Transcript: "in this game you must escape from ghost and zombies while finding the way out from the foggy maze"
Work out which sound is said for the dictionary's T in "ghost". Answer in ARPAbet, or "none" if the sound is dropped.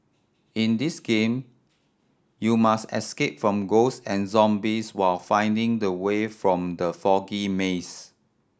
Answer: none